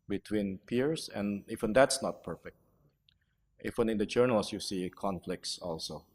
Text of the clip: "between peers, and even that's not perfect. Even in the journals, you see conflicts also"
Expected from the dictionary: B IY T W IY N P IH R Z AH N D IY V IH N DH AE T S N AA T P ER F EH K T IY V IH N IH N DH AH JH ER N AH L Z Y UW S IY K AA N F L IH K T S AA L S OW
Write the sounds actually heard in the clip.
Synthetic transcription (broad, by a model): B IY T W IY N P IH R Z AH N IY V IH N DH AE T S N AA T P ER F EH K T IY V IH N IH N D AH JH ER N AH L S Y UW S IY K AA N F L IH K T S AA L S OW